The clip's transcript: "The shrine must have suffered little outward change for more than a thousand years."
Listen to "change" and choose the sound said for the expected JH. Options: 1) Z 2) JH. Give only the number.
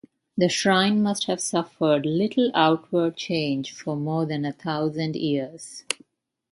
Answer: 2